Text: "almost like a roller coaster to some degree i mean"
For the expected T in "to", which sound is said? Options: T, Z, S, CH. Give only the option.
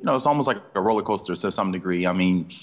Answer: S